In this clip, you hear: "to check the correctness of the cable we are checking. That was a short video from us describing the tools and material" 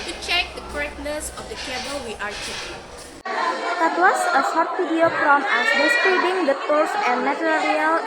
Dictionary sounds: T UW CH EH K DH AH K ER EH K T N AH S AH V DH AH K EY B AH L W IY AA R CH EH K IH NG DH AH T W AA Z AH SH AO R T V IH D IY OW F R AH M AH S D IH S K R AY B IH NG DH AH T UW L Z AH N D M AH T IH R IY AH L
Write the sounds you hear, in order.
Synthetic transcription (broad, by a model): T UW CH EH K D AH K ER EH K N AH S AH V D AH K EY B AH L W IY AA R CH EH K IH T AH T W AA S AH S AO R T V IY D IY OW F R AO M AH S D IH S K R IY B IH NG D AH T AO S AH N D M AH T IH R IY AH L